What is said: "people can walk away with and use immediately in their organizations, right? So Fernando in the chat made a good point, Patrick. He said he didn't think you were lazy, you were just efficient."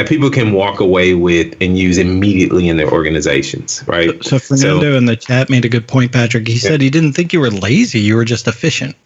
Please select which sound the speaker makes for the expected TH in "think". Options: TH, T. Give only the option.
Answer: TH